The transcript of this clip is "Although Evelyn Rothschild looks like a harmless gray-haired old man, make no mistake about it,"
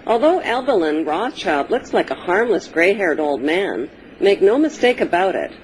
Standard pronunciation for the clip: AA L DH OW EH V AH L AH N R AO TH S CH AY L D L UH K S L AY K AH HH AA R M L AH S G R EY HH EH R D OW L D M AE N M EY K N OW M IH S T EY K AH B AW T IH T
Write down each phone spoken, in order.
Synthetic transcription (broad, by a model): AA L DH OW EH B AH L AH N R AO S CH AY L D L UH K S L AY K AH HH AA R M L AH S G R EY HH EH R D OW L D M AE N M EY K N OW M IH S T EY K AH B AW T IH T